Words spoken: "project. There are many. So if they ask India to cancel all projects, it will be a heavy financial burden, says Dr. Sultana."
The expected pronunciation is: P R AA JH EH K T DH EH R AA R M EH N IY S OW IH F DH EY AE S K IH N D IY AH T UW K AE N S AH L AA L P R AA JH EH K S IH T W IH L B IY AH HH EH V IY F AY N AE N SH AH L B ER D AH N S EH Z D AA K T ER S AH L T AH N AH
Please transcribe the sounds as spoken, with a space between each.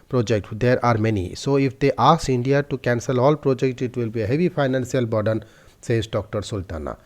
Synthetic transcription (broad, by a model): P R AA JH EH K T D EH R AA R M EH N IY S OW IH F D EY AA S IH N D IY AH T UW K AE N S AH L AA L P R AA JH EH K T IH T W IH L B IY AH HH EH V IY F AY N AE N S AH L B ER D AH N S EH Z D AA K T ER S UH L T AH N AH